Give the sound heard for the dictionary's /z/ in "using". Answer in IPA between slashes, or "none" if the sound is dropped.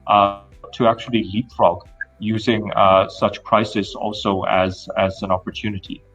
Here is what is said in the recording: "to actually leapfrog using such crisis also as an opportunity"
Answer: /z/